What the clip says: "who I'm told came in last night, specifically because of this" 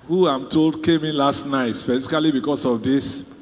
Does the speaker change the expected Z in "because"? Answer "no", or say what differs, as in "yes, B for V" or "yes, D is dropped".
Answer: yes, S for Z